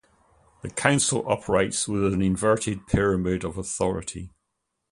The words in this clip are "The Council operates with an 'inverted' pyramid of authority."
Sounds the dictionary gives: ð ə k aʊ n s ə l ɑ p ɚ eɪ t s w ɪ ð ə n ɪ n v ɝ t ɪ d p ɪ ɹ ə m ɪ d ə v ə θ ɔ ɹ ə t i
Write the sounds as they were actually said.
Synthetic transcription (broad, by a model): ð ə k aʊ n s ə l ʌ p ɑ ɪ t s w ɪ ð ə n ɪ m v ɝ t ɪ d p ɪ ɹ ə m ɪ d ə v ə θ ɔ ɹ ə t i